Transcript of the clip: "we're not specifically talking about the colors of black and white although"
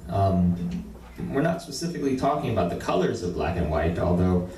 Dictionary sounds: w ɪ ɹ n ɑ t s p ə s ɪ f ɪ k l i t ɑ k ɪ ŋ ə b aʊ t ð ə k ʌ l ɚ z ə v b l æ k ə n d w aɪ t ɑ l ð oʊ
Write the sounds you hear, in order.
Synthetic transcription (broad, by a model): w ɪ ɹ n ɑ t s p ə s ɪ f ɪ k l i t ɑ k ɪ ŋ ə b aʊ t ð ə k ʌ l ɚ z ə v b l æ k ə n w aɪ t ɑ l ð oʊ